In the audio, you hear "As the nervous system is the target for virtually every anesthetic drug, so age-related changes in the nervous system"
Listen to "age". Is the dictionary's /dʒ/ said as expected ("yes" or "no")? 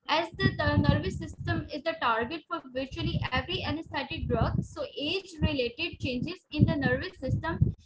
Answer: yes